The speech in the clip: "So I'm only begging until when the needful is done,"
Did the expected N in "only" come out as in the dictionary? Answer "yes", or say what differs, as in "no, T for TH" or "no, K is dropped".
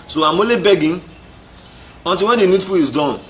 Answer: no, N is dropped